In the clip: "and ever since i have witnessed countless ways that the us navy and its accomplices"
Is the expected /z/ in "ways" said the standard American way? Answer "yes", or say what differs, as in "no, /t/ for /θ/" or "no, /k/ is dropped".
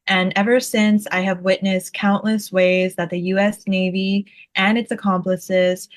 yes